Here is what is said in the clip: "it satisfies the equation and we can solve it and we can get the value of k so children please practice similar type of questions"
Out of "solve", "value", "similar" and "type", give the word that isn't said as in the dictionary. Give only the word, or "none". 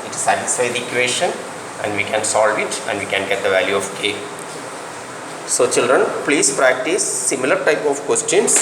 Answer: none